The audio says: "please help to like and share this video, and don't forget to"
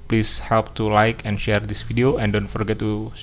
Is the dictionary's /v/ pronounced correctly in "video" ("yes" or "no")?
no